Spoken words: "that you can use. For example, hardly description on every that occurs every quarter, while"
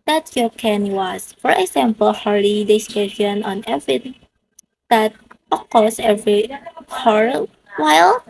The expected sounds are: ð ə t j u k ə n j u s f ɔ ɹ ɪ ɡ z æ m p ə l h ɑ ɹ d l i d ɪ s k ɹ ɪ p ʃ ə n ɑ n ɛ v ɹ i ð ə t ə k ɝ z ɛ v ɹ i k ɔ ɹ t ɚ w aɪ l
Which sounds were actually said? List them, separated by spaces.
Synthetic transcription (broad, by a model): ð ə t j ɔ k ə n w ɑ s f ɔ ɹ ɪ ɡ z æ m p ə l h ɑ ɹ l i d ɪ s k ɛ ʃ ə n ɑ n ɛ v ɹ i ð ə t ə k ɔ s ɛ v ɹ i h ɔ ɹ w aɪ l